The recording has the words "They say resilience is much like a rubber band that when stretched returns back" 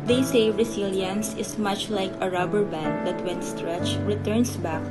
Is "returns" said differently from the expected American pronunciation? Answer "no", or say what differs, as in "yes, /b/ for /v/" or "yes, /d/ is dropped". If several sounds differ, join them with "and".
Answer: yes, /s/ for /z/